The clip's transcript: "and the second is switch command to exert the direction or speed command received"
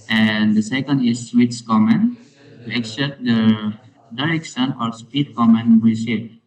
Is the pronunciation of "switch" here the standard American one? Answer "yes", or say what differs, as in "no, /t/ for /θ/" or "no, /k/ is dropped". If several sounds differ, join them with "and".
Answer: no, /s/ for /tʃ/